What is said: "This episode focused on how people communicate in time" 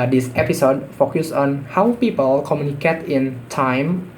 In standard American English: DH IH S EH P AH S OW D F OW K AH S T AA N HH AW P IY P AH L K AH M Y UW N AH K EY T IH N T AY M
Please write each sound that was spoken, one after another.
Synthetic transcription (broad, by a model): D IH S EH P AH S OW D F OW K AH S AA N HH AW P IY P AH L K AH M Y UW N AH K EY T IH N T AY M